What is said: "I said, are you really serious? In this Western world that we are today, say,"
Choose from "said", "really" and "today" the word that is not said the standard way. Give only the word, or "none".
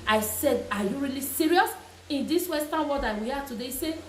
none